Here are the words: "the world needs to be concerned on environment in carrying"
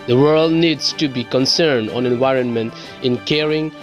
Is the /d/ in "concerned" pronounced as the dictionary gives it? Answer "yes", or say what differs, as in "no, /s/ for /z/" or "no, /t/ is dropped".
yes